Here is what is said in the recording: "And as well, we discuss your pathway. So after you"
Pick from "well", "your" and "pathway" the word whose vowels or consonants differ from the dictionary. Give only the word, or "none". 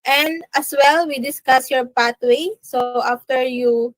pathway